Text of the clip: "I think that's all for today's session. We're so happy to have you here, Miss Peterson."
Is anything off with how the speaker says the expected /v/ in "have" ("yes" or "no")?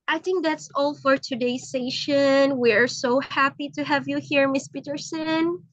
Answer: no